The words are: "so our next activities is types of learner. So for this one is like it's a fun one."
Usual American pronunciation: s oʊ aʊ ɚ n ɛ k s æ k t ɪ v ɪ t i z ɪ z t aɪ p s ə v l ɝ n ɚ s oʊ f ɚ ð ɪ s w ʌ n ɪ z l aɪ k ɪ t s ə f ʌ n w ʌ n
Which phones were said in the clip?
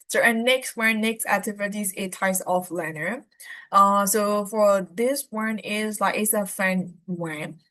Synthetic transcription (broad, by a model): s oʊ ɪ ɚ n ɛ k s æ k t ɪ v ɪ t i z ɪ t aɪ s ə f l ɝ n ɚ s oʊ f ɚ ð ɪ s w ʌ n ɪ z l aɪ k ɪ t s ə f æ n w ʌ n